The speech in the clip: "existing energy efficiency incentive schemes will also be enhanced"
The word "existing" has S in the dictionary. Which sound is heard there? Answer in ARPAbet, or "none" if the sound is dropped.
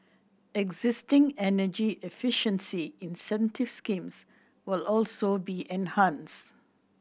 S